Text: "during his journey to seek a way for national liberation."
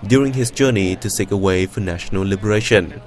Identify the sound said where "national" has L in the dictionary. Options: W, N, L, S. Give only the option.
L